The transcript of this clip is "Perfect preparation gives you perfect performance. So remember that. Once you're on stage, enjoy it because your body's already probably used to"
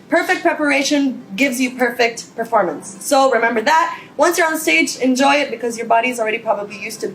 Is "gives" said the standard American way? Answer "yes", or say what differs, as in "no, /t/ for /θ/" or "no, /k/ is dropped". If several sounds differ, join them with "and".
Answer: yes